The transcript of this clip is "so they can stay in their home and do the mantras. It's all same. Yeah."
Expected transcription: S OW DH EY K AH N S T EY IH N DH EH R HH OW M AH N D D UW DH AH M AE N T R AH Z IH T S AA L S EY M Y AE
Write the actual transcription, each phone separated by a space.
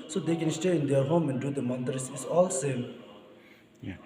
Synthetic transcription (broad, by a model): S OW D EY K AH N S T EY IH N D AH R HH OW M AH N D D UW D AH M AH N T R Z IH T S AA L S EY M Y